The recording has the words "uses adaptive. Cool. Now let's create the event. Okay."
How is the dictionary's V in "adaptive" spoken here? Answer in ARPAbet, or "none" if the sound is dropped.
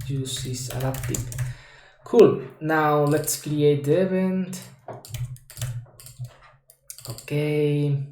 P